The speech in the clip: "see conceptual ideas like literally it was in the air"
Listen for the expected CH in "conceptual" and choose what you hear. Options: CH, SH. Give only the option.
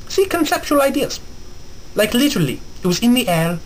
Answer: CH